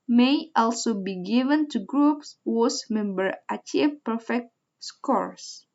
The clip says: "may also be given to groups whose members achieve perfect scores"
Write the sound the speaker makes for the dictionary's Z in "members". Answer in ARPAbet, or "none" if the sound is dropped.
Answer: none